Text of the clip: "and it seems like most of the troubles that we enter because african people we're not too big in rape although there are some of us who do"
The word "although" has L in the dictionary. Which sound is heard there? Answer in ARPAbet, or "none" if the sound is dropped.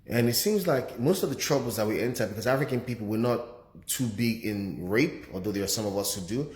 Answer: none